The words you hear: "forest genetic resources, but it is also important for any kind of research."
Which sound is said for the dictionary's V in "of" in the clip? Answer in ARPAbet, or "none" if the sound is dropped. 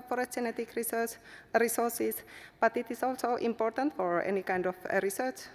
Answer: F